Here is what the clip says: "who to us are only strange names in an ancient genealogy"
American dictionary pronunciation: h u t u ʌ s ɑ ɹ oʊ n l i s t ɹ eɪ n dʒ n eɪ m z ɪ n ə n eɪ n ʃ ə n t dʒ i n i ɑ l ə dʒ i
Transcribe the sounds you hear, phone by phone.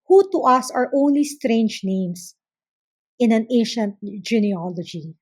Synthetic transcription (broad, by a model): h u t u ʌ s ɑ ɹ oʊ n l i s t ɹ eɪ n dʒ n eɪ m s ɪ n ə n eɪ n ʃ ə n t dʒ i n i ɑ l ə dʒ i